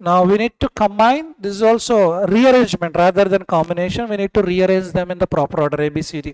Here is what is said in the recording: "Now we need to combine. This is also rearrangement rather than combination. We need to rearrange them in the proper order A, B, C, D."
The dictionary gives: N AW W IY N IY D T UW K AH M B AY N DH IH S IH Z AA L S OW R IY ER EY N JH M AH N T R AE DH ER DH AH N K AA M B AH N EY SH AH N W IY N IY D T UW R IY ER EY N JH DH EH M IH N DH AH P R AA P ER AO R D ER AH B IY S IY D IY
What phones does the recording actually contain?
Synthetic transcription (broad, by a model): N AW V IY N IY D T UW K AH M B AY N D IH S IH Z AA L S OW R IY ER EY N JH M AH N T R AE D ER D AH N K AA M B AH N EY SH AH N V IY N IY D T UW R IY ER EY N JH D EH M IH N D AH P R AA P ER R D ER AH B IY S IY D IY